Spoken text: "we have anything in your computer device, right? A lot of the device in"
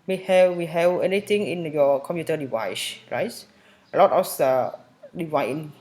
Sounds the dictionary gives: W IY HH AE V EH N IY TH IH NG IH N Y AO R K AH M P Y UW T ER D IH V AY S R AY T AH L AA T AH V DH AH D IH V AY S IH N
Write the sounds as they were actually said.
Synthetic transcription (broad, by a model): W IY HH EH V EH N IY T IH NG IH N Y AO K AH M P Y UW T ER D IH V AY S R AY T AH L AA T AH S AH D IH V AY IH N